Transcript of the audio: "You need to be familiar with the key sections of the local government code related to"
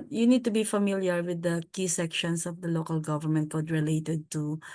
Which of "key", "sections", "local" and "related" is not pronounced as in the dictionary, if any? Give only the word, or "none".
sections